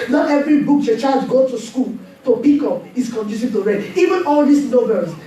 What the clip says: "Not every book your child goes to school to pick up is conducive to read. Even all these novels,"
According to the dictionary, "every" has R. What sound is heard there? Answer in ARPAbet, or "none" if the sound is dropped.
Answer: R